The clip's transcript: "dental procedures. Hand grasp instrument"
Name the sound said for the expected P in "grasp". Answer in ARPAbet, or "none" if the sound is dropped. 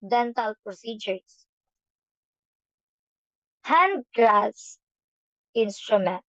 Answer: none